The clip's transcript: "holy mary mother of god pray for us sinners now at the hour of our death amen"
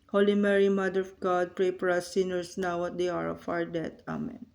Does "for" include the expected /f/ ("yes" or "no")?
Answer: no